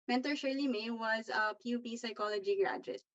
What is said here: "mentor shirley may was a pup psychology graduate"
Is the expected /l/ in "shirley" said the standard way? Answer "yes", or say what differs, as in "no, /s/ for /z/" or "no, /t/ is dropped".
yes